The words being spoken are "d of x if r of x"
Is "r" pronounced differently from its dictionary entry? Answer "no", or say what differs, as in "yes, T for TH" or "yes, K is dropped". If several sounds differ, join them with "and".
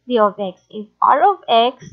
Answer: yes, L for R